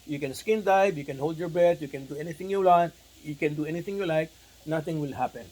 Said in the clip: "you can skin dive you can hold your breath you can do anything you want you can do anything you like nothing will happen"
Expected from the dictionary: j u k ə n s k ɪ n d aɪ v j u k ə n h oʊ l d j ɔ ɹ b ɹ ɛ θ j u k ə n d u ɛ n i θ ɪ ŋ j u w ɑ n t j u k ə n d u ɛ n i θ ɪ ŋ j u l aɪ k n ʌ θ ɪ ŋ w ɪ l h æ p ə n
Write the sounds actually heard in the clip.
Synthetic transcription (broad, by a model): j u k ə n s k ɪ n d aɪ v j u k ə n h oʊ l d j ɔ ɹ b ɛ t j u k ə n d u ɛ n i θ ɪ ŋ j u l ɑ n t j u k ə n d u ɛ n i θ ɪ ŋ j u l aɪ k n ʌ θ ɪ ŋ w ɪ l h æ p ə n